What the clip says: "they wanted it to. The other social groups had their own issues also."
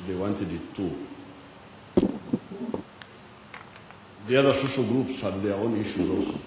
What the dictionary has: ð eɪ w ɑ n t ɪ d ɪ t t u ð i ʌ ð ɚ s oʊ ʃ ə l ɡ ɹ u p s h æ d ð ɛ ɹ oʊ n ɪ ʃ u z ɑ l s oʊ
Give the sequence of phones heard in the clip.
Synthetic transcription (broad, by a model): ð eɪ w ɑ n t ɪ d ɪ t t u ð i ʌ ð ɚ s oʊ ʃ ə l ɡ ɹ u p s h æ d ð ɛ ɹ oʊ n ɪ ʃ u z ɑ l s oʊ